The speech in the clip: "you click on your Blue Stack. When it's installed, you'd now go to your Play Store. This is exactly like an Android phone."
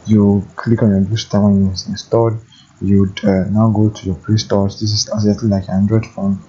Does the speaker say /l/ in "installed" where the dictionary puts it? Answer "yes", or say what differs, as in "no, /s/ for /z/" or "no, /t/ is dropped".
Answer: no, /l/ is dropped